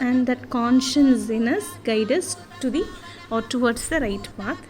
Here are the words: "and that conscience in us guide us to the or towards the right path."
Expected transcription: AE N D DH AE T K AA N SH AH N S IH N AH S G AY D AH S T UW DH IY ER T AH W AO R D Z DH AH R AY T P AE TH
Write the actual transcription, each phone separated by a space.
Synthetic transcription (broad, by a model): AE N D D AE T K AA N SH AH N S IH N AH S G AY D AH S T UW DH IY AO T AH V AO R D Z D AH R AY T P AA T